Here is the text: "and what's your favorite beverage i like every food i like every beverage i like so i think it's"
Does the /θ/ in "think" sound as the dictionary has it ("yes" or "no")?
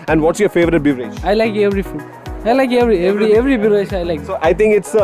no